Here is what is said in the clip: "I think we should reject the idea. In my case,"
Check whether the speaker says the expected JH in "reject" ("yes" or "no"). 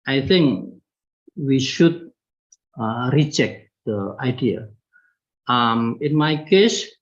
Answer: no